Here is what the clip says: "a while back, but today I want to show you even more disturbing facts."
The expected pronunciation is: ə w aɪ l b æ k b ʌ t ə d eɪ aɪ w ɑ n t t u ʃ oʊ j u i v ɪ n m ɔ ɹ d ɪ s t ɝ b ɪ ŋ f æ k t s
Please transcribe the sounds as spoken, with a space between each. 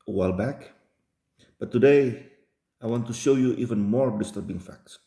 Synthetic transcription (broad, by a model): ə w aɪ l b æ k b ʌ t ə d eɪ aɪ w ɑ n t t u ʃ oʊ j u i v ɪ n m ɔ ɹ d ɪ s t ɝ b ɪ ŋ f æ k t s